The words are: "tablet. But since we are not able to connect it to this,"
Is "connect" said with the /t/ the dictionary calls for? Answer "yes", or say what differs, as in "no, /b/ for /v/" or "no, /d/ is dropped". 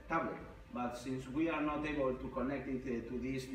yes